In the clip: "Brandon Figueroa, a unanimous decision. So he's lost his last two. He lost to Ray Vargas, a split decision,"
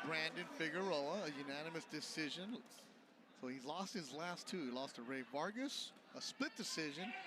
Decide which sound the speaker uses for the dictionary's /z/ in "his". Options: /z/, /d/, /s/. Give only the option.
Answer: /z/